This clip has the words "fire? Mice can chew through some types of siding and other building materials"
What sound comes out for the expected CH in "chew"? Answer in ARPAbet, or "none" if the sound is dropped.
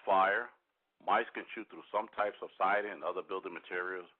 SH